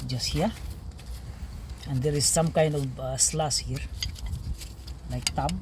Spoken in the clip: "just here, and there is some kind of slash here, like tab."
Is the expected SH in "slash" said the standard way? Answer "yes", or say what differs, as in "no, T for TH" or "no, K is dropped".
no, S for SH